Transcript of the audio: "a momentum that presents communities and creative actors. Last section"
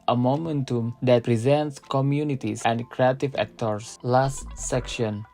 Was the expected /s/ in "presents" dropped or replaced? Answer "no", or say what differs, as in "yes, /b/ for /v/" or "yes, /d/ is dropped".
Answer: no